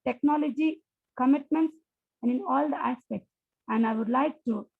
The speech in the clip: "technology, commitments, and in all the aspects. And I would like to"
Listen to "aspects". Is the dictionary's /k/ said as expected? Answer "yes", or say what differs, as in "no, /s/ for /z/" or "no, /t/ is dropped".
yes